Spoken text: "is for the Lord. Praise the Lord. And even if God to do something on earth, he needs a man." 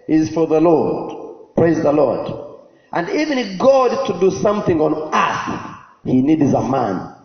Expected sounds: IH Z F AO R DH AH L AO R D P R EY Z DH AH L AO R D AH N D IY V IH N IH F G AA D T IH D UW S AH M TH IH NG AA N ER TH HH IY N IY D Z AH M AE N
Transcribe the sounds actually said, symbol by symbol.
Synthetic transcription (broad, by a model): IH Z F AO R DH AH L AO R D P R EY Z DH AH L AO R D AH N D IY V IH N IH F G AA D T IH D UW S AH M TH IH NG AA N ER S HH IY N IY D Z AH M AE N